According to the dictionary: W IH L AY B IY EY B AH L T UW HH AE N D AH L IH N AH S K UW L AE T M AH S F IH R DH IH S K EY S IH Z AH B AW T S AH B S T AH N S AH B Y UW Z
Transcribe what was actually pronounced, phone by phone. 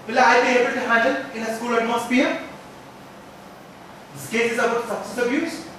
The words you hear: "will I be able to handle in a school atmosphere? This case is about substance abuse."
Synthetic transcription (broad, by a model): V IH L AY B IY EY B AH L T UW HH AE N D AH L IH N AH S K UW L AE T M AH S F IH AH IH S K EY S IH Z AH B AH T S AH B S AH S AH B Y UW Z